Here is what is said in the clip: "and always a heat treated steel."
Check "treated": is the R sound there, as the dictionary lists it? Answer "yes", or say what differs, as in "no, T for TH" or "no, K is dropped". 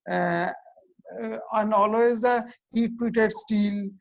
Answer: no, W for R